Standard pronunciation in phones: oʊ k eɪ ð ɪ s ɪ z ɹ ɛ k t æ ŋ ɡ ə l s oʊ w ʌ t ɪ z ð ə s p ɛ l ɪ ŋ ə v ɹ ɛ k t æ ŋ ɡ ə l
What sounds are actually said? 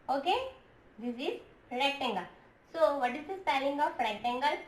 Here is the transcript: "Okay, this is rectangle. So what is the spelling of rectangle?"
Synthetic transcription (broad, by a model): oʊ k eɪ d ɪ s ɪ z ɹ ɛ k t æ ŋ ɡ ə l s oʊ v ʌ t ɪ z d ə s ɛ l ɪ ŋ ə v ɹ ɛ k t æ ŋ ɡ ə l